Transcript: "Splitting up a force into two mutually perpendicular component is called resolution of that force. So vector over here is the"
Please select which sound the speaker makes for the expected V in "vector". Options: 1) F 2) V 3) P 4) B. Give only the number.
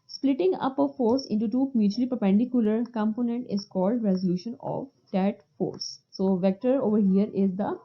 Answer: 2